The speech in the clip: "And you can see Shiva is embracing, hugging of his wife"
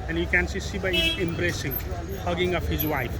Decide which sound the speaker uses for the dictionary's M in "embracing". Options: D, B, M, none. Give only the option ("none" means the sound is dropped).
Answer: M